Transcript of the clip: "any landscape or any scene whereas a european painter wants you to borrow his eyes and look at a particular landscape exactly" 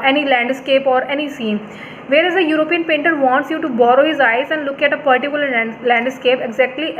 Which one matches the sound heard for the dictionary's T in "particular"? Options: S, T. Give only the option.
T